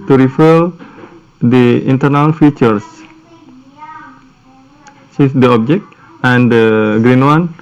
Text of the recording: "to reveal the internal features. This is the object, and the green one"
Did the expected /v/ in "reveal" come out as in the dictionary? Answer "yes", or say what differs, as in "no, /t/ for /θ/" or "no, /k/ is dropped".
no, /f/ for /v/